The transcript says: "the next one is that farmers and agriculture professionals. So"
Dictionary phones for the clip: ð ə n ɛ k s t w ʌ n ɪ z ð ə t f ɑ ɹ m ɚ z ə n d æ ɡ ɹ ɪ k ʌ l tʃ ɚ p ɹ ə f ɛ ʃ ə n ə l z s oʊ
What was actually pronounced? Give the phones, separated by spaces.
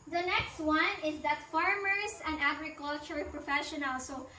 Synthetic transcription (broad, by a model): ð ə n ɛ k s t w ʌ n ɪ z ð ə t f ɑ ɹ m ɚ s ə n d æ ɡ ɹ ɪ k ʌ l tʃ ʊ p ɹ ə f ɛ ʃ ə n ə l s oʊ